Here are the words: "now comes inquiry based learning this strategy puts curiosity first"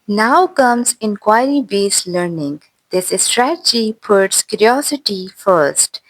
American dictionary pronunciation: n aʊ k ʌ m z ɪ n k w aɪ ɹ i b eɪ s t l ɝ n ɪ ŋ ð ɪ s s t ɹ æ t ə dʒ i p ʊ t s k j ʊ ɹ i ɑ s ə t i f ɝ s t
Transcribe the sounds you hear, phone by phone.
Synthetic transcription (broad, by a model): n aʊ k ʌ m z ɪ n k w aɪ ɹ i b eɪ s l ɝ n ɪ ŋ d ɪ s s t ɹ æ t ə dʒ i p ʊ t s k j ʊ ɹ i ɑ s ə t i f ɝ s t